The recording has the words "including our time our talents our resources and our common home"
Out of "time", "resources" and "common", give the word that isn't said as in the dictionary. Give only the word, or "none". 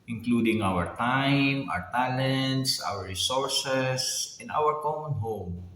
resources